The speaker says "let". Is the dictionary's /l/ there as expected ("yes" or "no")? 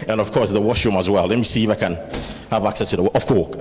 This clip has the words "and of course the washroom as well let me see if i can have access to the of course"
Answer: yes